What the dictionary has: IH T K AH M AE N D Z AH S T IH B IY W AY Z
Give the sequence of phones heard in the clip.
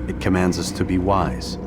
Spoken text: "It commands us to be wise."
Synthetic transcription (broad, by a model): IH T K AH M AE N D Z AH S T IH B IY W AY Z